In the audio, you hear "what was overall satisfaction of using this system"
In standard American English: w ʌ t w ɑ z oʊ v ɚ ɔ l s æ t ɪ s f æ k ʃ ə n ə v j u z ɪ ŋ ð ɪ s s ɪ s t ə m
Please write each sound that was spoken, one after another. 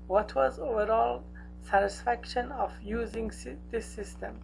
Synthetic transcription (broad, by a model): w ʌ t w ɑ z oʊ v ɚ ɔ l s æ t ɪ s f æ k ʃ ə n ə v j u z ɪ ŋ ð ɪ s s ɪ s t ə m